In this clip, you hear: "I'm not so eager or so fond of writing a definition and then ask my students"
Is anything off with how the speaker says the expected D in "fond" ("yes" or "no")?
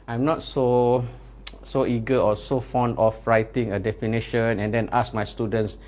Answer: no